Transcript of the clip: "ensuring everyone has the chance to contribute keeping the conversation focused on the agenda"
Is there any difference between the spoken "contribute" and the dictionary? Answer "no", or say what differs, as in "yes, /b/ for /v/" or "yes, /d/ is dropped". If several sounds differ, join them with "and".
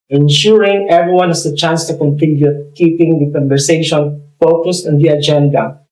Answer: yes, /ɹ/ is dropped